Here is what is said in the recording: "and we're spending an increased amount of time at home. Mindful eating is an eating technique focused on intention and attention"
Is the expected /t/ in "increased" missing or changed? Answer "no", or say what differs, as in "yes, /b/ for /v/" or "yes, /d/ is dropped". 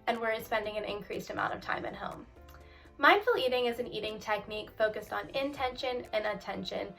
no